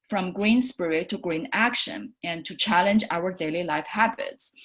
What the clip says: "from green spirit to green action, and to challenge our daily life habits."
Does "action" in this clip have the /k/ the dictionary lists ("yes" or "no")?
yes